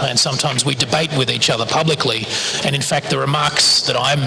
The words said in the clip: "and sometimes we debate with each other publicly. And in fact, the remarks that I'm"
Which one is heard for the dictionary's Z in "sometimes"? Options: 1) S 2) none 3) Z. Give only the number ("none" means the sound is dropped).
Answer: 3